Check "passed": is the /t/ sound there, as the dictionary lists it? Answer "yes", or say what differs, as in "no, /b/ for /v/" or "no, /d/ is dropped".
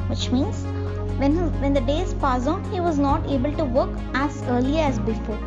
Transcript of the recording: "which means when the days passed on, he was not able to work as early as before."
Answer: no, /t/ is dropped